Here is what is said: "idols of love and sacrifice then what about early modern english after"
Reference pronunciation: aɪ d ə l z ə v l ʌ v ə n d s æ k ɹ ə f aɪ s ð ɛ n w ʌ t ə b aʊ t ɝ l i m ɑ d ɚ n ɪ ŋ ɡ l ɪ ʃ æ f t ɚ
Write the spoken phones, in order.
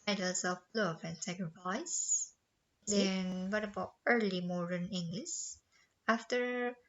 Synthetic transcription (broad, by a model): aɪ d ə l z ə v l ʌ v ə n s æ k ɹ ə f aɪ s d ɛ n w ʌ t ə b aʊ t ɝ l i m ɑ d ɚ n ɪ ŋ ɡ l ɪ s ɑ f t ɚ